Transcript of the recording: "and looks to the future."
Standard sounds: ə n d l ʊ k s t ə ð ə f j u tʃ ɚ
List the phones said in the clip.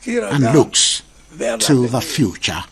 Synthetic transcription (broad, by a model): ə n l ʊ k s t ə ð ə f j u tʃ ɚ